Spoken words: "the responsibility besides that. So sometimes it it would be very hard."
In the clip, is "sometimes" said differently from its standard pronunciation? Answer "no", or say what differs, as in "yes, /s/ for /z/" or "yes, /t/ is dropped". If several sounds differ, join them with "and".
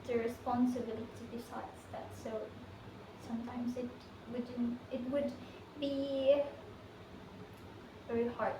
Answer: no